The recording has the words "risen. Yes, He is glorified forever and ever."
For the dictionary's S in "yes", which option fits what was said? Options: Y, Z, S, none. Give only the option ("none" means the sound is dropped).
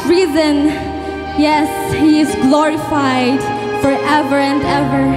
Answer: S